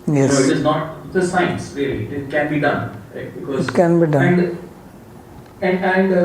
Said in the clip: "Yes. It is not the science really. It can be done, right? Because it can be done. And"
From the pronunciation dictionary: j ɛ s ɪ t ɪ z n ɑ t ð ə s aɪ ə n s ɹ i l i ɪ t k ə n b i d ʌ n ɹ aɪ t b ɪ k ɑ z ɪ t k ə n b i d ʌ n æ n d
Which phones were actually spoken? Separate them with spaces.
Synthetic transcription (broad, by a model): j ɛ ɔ ɪ t ɪ z n ɑ t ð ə s aɪ ə n s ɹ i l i ɪ t k ə n b i d ʌ n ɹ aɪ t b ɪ k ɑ ɪ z k ə n b i d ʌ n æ n d